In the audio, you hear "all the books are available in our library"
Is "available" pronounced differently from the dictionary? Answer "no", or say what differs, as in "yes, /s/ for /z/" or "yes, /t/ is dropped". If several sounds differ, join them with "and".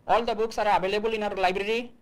yes, /b/ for /v/